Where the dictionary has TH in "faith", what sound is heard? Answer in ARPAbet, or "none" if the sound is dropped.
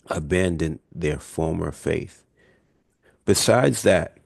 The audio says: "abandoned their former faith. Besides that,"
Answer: TH